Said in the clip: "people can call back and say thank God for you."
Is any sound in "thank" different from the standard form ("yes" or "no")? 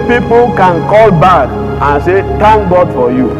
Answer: yes